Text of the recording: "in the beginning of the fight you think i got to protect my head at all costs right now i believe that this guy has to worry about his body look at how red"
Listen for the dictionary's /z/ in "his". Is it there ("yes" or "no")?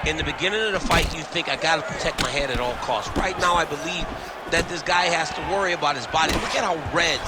yes